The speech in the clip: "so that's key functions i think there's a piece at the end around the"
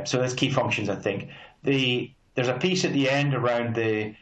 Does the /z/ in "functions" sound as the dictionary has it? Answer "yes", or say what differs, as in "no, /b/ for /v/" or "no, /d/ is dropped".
yes